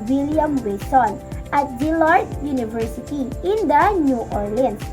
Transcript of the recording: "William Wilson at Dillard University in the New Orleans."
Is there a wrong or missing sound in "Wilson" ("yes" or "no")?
yes